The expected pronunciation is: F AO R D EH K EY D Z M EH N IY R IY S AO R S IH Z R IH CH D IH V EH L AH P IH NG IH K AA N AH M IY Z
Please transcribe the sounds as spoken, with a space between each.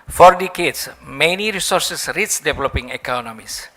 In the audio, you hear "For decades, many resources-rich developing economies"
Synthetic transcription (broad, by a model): F AO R D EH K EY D S M EH N IY R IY S AO R S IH S R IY S D IH V EH L AH P IH NG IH K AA N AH M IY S